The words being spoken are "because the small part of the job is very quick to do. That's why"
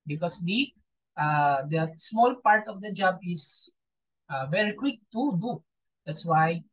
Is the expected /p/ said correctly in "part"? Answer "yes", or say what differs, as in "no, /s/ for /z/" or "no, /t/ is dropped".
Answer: yes